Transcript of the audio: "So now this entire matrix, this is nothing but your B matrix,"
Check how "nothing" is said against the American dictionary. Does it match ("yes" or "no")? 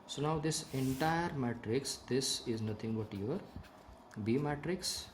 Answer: no